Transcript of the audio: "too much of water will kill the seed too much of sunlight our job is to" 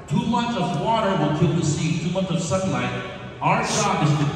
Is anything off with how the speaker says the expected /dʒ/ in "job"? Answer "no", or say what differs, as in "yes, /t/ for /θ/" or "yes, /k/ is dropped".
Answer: yes, /ʃ/ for /dʒ/